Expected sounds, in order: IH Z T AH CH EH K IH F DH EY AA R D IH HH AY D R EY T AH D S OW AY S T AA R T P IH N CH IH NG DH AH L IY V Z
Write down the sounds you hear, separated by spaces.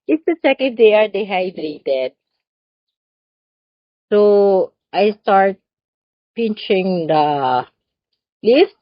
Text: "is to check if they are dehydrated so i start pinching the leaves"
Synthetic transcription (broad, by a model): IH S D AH S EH K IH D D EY AA R D IH HH AY D R EY T AH D S OW AY S T AA R T P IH N CH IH NG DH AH L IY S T